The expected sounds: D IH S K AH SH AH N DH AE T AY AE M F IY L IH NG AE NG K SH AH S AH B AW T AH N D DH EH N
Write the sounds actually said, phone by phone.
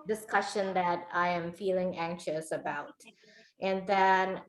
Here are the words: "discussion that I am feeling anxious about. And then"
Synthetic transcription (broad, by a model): D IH S K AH SH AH N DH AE T AY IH M F IY L IH NG AE NG K SH AH S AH B AW T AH N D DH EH N